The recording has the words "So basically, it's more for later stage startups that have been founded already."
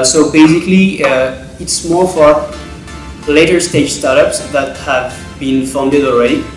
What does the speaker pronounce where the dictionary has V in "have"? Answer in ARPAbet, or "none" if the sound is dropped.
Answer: V